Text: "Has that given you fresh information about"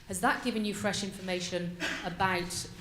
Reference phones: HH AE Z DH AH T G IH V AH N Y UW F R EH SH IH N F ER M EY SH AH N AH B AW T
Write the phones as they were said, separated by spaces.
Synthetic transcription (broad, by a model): HH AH Z DH AH T G IH V AH N Y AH F R EH SH IH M F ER M EY SH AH N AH B AW T